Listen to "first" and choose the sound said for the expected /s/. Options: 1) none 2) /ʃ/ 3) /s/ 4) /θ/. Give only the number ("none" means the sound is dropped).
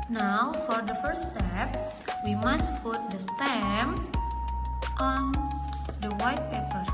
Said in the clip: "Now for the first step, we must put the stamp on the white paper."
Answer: 1